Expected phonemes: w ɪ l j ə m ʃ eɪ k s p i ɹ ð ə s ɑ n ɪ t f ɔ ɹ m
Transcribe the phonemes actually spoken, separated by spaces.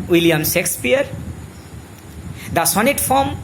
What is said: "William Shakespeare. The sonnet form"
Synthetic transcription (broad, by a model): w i l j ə m s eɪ k s p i ɹ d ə s ɑ n ɪ t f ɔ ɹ m